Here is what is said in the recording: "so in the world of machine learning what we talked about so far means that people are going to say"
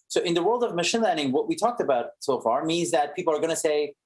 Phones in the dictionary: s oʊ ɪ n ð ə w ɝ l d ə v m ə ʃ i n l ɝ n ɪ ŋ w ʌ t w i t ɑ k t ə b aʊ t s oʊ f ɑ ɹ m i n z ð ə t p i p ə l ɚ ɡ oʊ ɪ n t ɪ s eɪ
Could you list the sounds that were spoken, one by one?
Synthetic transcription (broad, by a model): s oʊ ɪ n ð ə w ɝ l d ə v m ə ʃ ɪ n l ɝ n ɪ ŋ w ʌ t w i t ɑ k t ə b aʊ t s oʊ f ɑ ɹ m i n z ð ə t p i p l ɚ ɡ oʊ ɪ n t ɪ s eɪ